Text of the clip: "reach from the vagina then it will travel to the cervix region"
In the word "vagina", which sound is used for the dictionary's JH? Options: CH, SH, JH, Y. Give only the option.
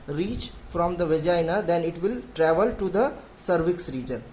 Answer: JH